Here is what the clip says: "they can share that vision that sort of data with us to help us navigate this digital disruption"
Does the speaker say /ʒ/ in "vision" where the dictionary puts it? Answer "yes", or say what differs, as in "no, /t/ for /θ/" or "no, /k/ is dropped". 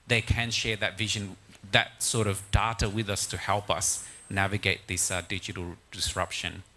yes